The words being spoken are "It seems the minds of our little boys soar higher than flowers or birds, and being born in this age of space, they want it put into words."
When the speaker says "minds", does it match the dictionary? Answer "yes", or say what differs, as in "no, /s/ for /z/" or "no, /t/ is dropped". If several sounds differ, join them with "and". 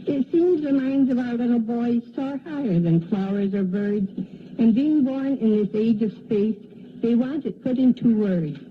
yes